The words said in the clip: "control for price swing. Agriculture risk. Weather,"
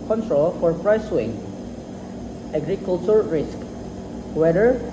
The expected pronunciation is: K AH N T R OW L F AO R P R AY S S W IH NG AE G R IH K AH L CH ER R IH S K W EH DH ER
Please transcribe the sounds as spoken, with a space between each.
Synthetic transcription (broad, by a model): K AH N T R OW L F AO R P R AY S S W IH NG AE G R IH K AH L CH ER R IH S K W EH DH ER